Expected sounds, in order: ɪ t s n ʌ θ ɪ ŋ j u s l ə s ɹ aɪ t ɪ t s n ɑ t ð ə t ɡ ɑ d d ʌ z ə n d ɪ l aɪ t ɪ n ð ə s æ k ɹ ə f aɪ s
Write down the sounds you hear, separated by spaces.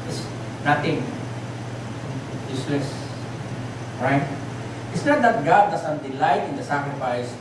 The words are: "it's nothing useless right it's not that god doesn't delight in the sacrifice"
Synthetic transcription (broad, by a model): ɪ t s n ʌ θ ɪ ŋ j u s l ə s ɹ aɪ t ɪ t s n ɑ t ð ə t ɡ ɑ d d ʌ s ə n d ɪ l aɪ t ɪ n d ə s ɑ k ɹ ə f aɪ s